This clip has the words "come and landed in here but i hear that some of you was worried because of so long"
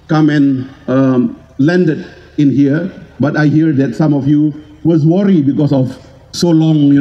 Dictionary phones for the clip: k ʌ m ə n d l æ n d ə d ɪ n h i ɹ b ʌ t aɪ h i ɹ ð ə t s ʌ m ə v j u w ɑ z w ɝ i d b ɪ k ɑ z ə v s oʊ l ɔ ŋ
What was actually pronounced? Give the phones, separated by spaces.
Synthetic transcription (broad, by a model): k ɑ m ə n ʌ l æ n d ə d ɪ n h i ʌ b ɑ t aɪ h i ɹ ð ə t s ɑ m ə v j u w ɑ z w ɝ i b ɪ k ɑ s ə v s oʊ l ɔ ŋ